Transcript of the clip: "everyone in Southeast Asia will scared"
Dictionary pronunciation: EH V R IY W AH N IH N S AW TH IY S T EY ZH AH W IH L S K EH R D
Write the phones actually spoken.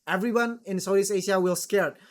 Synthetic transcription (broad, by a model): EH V R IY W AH N IH N S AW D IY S EY SH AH W IH L S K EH R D